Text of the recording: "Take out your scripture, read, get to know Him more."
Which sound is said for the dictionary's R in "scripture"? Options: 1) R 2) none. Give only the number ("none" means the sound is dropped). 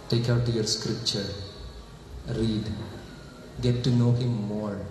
1